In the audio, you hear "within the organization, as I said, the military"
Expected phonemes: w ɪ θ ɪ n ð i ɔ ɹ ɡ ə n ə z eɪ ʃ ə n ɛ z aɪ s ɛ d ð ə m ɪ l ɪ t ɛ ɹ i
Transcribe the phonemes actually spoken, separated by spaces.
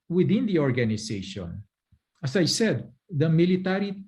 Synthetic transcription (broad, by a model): w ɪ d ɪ n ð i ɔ ɹ ɡ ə n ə s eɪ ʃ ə n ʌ s aɪ s ɛ d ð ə m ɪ l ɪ t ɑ ɹ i